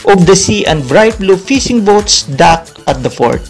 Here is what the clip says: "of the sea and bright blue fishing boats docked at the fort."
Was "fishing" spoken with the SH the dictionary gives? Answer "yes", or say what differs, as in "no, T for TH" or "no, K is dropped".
no, S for SH